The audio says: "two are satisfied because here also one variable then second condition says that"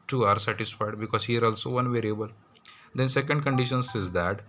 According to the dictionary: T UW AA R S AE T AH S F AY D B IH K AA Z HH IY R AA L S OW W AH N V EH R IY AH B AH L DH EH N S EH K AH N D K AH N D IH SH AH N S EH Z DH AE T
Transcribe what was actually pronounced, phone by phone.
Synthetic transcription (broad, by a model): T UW AA R S AE T AH S F AY D B IH K AA Z HH IY R AA L S OW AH N V EH R IY AH B AH L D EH N S EH K AH N D K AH N D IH SH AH N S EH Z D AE T